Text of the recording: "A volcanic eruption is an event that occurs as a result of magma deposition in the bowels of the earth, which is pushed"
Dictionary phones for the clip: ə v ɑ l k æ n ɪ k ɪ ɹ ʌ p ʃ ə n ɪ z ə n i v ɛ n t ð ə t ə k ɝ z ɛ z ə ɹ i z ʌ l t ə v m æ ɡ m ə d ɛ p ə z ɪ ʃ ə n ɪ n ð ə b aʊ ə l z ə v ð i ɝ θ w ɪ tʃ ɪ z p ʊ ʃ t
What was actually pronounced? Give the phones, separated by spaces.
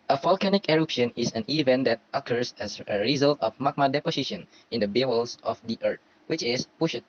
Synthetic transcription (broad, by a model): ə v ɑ l k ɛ n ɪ k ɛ ɹ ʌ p ʃ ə n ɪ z ə n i v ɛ n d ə t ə k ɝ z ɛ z ə ɹ i z ʌ l t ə f m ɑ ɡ m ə d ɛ p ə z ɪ ʃ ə n ɪ n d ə b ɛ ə l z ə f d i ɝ t w ɪ tʃ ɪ s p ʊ ʃ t